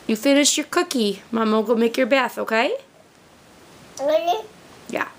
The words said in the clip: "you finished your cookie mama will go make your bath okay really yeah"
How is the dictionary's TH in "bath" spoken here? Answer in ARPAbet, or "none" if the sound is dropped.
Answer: TH